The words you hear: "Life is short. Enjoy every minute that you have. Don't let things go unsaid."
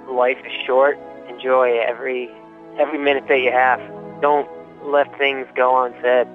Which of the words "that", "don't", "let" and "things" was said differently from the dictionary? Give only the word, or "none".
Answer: none